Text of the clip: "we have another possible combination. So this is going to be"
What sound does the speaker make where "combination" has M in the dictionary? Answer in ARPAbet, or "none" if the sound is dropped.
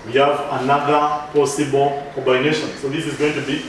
none